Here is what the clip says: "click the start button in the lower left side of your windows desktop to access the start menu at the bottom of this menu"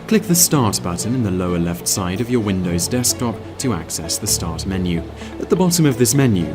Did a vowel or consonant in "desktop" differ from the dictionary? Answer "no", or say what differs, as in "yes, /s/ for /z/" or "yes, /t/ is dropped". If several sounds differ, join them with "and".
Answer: no